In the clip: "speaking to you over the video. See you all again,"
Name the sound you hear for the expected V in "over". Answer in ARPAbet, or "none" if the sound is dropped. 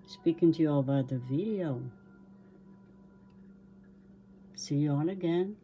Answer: B